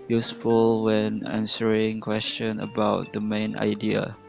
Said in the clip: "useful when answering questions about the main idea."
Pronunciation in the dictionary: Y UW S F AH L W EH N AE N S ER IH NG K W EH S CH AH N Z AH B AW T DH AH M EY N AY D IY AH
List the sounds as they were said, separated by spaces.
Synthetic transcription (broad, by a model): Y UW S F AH L W EH N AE N S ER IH NG K W EH S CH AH N AH B AW T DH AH M EY N AY D IY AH